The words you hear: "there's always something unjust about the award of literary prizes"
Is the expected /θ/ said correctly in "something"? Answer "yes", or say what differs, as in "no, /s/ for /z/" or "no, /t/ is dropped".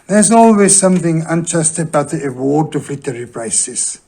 yes